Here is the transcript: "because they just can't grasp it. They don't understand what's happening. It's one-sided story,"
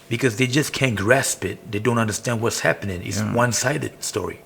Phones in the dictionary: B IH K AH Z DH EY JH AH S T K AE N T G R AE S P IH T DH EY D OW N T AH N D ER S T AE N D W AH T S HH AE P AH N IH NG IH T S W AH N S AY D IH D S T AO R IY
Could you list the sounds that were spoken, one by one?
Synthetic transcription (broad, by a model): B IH K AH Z DH EY JH AH S K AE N G R AE S P IH T DH EY D OW N T AH N D ER S T AE N D W AH T S HH AE P AH N IH NG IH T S W AH N S AY D IH D S T AO R IY